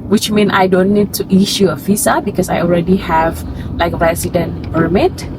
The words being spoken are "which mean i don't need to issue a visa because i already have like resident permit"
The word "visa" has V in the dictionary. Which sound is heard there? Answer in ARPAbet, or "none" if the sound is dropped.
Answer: F